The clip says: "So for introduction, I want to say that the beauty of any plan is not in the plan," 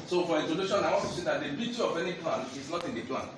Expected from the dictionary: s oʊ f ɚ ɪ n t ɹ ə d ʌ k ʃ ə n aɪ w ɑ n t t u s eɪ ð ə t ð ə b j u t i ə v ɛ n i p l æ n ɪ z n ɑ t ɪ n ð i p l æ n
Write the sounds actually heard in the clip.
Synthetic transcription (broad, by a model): s oʊ f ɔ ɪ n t ə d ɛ ʃ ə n aɪ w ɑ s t t u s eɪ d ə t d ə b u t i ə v ɛ n i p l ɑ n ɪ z n ɑ t ɪ n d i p l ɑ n